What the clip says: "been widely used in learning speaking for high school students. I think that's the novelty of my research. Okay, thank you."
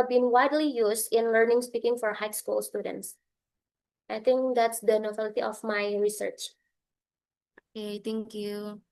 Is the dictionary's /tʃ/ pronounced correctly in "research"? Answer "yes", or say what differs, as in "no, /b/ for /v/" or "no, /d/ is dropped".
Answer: yes